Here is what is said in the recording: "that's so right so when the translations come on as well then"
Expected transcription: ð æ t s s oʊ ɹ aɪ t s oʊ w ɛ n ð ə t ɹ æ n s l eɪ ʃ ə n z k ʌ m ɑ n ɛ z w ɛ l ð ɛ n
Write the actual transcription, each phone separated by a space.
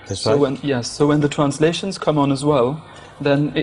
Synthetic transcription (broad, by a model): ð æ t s s oʊ w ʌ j s oʊ w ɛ n ð ə t ɹ æ n s l eɪ ʃ ə n z k ʌ m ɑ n z w ɛ l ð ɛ n